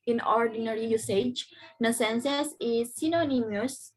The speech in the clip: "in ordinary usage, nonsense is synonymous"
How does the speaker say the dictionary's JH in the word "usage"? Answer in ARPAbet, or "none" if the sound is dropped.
JH